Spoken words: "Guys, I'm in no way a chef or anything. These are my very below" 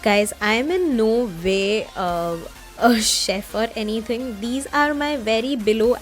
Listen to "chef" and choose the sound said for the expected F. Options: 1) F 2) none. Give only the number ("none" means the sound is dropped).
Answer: 1